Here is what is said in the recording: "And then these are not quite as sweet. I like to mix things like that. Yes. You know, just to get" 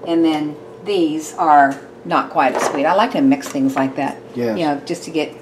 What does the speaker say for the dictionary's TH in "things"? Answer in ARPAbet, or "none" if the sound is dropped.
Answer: TH